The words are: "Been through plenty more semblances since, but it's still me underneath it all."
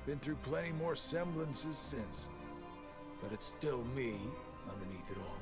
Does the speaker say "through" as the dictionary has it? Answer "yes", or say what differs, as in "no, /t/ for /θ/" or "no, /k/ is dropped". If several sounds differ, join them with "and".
yes